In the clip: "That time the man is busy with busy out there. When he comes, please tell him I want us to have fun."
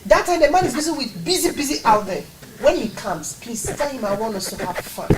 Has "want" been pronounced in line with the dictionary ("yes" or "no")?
no